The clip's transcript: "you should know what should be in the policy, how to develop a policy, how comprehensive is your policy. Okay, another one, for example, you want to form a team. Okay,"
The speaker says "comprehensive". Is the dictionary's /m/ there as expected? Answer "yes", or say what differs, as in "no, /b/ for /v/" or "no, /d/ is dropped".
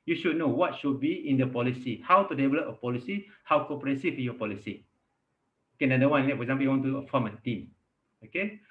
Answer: no, /m/ is dropped